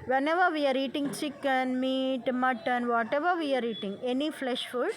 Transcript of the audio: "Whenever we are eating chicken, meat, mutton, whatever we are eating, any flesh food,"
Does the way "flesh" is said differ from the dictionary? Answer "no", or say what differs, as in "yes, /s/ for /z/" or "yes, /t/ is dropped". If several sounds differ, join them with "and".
no